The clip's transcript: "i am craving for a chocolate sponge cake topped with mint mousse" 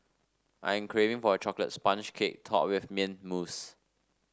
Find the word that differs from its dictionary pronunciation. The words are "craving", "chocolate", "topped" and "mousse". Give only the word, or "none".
topped